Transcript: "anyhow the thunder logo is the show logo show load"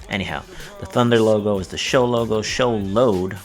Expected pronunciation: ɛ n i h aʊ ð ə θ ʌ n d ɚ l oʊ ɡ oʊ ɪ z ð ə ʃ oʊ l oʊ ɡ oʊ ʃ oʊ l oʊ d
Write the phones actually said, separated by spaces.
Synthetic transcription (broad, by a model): ɛ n i h aʊ ð ə θ ʌ n d ɚ l oʊ ɡ oʊ ɪ z ð ə ʃ oʊ l oʊ ɡ oʊ ʃ oʊ l oʊ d